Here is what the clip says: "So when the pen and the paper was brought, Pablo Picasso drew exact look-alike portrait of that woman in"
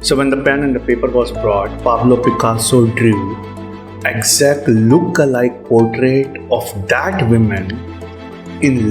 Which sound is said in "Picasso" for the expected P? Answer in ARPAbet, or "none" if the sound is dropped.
P